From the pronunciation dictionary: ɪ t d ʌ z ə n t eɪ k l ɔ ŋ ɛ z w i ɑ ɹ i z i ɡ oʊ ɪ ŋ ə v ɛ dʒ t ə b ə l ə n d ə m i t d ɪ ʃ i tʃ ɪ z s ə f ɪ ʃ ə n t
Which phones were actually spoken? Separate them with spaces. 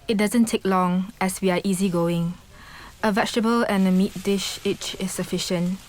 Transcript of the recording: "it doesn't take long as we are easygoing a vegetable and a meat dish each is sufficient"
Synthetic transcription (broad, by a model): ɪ t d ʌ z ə n t eɪ k l ɔ ŋ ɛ s w i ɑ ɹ i z i ɡ oʊ ɪ ŋ ə v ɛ tʃ t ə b ə l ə n ə m i t d ɪ ʃ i tʃ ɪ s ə f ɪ ʃ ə n t